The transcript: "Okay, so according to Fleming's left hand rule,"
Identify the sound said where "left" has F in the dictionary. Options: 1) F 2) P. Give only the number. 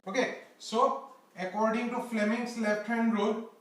2